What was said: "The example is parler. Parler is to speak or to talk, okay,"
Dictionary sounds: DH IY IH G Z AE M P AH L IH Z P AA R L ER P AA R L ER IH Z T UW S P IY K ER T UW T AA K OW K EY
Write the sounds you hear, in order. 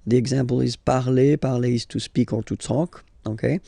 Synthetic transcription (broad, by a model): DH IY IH G Z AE P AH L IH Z P AA R L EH P AA R L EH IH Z T UW S P IY K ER T UW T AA K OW K EY